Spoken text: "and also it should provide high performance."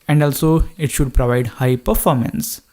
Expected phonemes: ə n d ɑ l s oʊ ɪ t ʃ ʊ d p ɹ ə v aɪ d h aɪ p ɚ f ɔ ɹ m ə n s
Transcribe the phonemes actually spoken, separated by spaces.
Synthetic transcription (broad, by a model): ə n d ɑ l s oʊ ɪ t ʃ ʊ d p ɹ ə v aɪ d h aɪ p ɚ f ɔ ɹ m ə n s